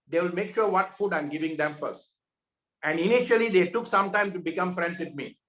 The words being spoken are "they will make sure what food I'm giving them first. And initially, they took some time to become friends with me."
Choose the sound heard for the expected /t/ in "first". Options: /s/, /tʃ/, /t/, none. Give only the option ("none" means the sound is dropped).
/t/